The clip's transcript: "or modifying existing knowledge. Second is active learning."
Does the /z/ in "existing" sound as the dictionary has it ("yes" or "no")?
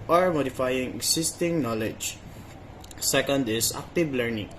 no